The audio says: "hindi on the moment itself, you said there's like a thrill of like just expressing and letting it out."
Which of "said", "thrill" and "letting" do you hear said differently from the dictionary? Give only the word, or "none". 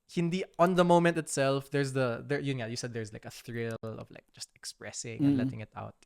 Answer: none